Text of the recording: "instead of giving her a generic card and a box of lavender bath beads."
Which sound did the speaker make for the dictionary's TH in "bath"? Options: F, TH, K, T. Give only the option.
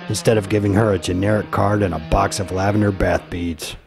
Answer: TH